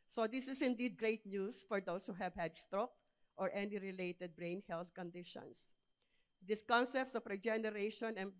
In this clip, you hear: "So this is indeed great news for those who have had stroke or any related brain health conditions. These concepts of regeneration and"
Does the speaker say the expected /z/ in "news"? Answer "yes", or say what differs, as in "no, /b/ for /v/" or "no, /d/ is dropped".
no, /s/ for /z/